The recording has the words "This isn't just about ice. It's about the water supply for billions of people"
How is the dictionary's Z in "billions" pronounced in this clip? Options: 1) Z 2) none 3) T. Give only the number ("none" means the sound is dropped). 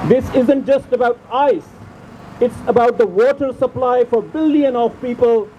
2